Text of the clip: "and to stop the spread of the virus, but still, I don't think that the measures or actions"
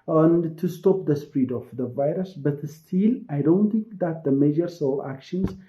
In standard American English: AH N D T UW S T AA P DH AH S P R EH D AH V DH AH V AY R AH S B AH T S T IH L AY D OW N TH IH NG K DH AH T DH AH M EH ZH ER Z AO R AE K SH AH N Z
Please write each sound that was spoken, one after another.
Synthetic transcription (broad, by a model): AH N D T UW S T AA P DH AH S P R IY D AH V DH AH V AY R AH S B AH T S T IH L AY D OW N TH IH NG K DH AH T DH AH M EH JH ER S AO L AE K SH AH N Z